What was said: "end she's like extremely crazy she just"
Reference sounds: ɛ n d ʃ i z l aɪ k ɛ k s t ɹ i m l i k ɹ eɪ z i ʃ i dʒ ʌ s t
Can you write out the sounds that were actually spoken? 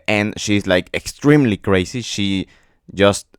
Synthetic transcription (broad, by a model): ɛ n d ʃ i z l aɪ k ɛ k s t ɹ i m l i k ɹ eɪ s i ʃ i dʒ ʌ s t